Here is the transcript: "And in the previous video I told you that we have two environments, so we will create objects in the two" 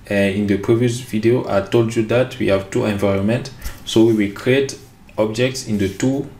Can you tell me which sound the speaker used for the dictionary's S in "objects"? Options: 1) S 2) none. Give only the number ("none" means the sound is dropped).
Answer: 1